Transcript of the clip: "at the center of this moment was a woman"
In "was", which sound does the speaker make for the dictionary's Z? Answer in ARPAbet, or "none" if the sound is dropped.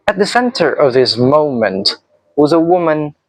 Z